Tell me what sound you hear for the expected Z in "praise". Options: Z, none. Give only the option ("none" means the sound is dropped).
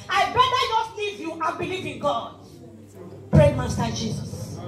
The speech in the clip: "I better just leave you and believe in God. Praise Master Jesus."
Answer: none